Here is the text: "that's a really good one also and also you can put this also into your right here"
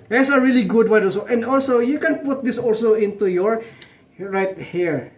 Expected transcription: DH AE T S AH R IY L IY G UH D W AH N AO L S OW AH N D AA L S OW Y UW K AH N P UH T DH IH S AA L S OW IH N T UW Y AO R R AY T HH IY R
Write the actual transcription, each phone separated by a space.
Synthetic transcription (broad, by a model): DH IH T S AH R IY L IY G UH D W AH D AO S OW AH N D AA L S OW Y UW K AH N P UH T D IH S AA L S OW IH N T UW Y AO R R AY T HH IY R